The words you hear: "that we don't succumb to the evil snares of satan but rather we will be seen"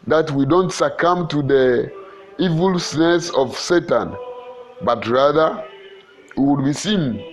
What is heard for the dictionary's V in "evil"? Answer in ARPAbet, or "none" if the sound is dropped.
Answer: V